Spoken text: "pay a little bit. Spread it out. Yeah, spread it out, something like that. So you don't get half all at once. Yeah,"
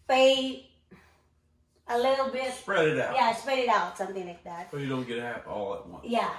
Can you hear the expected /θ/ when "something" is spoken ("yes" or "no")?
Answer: yes